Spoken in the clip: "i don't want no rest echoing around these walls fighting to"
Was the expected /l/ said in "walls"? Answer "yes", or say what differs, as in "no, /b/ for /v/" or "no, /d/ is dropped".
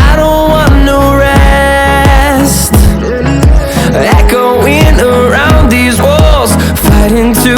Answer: yes